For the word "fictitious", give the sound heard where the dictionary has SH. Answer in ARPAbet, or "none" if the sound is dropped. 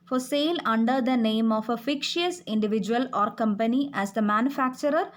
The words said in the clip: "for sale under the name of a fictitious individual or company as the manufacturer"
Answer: none